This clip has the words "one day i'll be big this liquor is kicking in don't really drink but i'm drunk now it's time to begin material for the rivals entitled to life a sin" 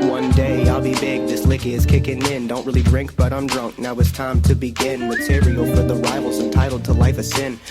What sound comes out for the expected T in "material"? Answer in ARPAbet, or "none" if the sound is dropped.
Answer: S